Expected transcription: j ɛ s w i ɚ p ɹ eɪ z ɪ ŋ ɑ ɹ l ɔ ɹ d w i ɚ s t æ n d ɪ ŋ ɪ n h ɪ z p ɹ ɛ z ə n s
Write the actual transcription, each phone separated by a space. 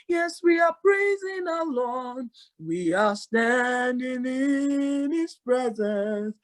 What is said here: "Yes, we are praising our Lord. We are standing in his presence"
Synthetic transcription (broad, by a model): j ɛ s w i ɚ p ɹ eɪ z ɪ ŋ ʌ l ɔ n w i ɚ s t æ n d ɪ ŋ ɪ n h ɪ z p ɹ ɛ z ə n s